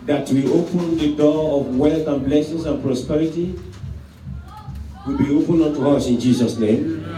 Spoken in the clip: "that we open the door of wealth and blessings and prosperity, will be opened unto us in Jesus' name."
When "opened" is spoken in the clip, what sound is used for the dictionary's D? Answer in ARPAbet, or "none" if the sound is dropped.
none